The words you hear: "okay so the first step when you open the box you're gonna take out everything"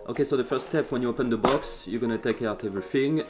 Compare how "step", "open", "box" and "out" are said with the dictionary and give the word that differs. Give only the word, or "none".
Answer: none